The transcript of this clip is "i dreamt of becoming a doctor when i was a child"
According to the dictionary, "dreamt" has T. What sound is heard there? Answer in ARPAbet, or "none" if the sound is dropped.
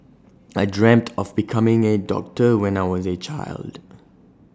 T